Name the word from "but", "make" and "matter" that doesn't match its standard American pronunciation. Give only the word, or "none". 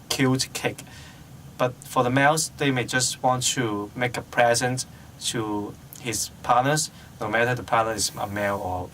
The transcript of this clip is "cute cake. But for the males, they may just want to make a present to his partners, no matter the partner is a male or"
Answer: none